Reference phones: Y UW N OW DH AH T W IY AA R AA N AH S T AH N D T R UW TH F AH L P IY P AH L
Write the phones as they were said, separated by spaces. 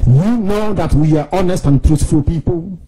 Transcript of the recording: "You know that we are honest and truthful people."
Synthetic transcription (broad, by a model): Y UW N OW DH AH T W IY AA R AA N AH S T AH N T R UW T F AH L P IY P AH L